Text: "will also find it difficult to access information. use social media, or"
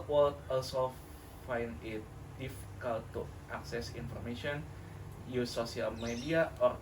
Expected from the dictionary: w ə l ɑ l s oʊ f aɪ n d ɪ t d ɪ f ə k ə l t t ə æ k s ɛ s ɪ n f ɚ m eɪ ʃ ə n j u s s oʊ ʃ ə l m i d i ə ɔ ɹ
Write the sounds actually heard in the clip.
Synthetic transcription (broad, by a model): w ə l ɑ l s oʊ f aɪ n ɪ t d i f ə k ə l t t ə k s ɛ s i n f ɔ m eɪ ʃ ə n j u s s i ə l m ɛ d i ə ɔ ɹ